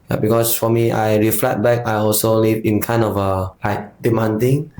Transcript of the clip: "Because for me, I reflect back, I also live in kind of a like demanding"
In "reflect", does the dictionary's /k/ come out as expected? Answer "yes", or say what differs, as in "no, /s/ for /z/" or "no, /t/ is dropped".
no, /k/ is dropped